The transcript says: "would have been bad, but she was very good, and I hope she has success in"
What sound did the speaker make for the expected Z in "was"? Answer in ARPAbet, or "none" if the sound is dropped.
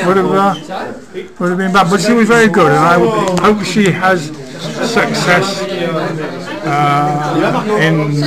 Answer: Z